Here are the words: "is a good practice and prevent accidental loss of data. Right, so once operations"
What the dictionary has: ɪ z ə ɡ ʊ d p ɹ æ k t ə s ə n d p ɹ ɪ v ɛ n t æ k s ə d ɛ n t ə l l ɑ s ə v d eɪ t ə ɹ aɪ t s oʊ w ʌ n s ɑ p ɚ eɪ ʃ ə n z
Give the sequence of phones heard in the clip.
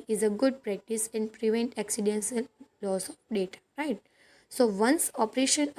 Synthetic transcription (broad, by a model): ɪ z ə ɡ ʊ d p ɹ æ k t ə s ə n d p ɹ ɪ v ɛ n t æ k s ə d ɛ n s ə l l ɑ s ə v d eɪ t ə ɹ aɪ t s oʊ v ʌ n s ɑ p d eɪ ʃ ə n